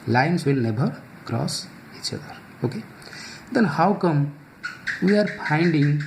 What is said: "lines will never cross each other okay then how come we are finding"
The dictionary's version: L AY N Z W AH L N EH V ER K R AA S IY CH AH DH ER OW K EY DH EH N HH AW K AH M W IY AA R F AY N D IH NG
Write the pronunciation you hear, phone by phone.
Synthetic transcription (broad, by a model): L AY N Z W AH L N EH B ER K R AA S IY CH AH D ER OW K EY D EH N HH AW K AH M W IY AA R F AY N D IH NG